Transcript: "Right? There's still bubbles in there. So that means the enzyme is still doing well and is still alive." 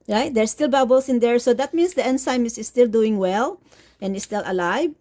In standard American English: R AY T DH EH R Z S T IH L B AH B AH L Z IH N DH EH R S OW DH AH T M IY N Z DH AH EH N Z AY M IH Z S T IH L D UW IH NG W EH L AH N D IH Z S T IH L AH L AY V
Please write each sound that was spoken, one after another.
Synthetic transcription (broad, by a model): R AY T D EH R S T IH L B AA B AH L S IH N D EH R S OW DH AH T M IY N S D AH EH N S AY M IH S S T IH L D UW IH NG W EH L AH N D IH S T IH L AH L AY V